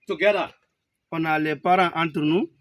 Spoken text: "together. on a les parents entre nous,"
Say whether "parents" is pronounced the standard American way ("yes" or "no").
no